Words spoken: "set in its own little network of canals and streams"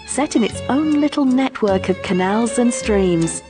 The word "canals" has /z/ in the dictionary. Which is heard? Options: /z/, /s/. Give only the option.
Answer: /z/